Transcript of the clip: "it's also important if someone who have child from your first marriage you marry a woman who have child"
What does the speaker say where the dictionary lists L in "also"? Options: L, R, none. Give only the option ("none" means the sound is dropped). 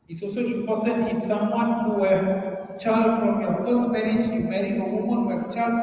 L